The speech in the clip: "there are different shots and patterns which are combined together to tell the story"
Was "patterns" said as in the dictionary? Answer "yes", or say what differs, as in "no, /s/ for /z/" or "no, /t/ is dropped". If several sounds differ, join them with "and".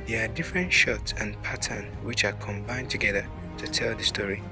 no, /z/ is dropped